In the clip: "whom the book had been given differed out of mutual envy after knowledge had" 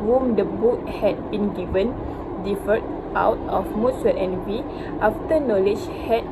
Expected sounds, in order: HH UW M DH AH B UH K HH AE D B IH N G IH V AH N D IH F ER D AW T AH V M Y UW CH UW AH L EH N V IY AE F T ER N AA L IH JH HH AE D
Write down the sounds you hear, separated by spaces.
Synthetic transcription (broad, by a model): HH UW M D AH B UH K HH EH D B IH N G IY V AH N D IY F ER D AW T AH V M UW S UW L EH N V IY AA F T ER N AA L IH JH HH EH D